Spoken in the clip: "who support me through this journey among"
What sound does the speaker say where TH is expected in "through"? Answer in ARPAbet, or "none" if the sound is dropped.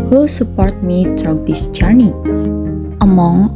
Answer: T